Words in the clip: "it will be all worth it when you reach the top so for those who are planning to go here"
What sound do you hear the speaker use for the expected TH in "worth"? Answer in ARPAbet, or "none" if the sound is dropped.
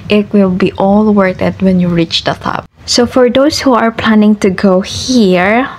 T